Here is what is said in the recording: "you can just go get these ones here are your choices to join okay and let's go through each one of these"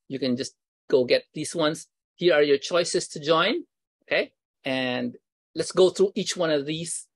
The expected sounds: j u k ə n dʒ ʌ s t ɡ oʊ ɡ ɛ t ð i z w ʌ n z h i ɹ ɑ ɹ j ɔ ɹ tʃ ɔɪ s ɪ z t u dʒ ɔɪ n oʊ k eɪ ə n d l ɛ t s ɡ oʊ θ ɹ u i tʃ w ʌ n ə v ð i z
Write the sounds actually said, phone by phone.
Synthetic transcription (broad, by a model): j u k ə n dʒ ʌ s t ɡ oʊ ɡ ɛ t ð i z w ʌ n s h i ɹ ɑ ɹ j ɔ ɹ tʃ ɔɪ s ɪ s t u dʒ ɔɪ n oʊ k eɪ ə n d l ɛ t s ɡ oʊ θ ɹ u i tʃ w ʌ n ə v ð i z